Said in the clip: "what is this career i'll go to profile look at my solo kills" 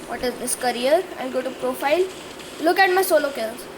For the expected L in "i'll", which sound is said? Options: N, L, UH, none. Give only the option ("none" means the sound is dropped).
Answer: N